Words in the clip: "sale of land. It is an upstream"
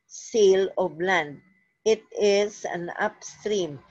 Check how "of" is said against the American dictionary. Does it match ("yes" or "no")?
no